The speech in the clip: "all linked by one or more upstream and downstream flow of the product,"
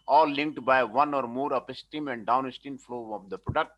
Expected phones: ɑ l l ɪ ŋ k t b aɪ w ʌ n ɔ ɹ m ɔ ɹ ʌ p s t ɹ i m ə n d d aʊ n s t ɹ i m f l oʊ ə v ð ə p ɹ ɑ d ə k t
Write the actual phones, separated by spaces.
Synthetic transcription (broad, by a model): ɑ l l ɪ ŋ k t b aɪ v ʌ n ɔ ɹ m ɔ ɹ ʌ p s t i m ə n d d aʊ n s t i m f l oʊ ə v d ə p ɹ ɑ d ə k t